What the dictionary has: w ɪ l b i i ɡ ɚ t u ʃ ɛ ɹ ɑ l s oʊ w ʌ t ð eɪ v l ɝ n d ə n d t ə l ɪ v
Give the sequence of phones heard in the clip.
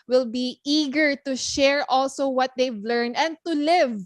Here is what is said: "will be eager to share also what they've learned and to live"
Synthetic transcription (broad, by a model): w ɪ l b i i ɡ ɚ t u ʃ ɛ ɹ ɑ l s oʊ w ʌ t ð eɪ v l ɝ n ə n d t ə l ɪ v